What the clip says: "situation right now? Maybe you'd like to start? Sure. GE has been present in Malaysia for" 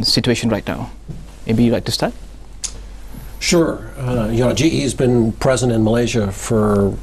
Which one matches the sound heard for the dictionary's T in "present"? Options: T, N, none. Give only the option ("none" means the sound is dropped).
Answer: T